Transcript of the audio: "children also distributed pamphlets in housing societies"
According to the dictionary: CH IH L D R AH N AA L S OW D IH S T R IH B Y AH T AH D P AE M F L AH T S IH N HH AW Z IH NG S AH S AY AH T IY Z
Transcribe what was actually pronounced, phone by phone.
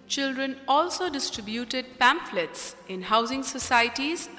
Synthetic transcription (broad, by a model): CH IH L D R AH N AA L S OW D IH S T R IH B Y AH T AH D P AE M F L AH T S IH N HH AW Z IH NG S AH S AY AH T IY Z